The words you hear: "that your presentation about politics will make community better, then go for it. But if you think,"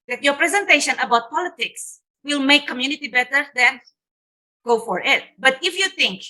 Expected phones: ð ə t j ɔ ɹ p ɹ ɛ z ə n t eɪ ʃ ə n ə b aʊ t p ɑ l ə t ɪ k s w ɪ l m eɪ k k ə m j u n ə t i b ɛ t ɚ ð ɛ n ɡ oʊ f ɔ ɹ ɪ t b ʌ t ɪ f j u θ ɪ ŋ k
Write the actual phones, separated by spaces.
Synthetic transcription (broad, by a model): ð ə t j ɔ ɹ p ɹ ɛ z ə n t eɪ ʃ ə n ə b aʊ t p ɑ l ə t ɪ k s w ɪ l m eɪ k k ə m j u n ə t i b ɛ t ɚ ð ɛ n ɡ oʊ f ɔ ɹ ɪ t b ʌ t ɪ f j u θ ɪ ŋ k